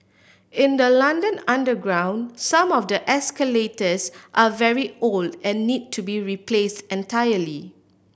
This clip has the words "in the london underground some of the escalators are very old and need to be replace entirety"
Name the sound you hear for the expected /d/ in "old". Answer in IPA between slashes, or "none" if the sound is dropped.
/d/